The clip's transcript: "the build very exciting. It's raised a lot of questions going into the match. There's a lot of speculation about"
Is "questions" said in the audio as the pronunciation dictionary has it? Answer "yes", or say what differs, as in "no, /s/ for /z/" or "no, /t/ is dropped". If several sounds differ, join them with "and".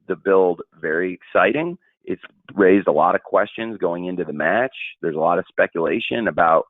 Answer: yes